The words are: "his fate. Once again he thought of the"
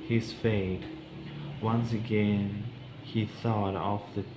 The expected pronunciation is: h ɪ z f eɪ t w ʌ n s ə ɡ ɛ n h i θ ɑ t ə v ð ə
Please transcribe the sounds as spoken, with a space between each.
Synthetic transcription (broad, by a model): h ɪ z f eɪ t w ʌ n s ə ɡ ɛ n h i θ ɑ t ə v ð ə